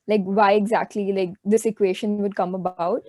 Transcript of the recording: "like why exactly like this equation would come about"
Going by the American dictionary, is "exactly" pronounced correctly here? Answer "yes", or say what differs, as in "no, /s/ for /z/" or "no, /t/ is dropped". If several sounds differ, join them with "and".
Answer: yes